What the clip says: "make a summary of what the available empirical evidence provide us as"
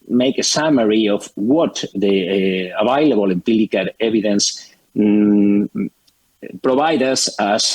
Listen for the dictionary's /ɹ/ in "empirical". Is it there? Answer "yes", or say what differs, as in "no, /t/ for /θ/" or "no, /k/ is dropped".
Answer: no, /l/ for /ɹ/